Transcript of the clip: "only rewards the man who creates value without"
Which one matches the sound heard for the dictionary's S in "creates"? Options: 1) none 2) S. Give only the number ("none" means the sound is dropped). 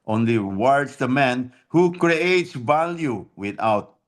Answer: 2